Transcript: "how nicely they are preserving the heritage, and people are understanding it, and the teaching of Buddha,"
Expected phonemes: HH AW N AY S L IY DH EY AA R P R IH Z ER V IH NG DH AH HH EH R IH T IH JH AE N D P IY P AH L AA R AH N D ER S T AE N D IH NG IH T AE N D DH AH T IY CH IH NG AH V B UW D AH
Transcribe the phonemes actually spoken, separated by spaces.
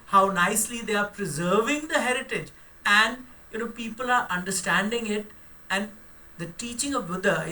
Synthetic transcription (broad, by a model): HH AW N AY S L IY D EY AA R P R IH Z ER V IH NG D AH HH EH R IH T IH JH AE N D P IY P AH L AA R AH N D ER S T AE N D IH NG IH T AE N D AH T IY CH IH NG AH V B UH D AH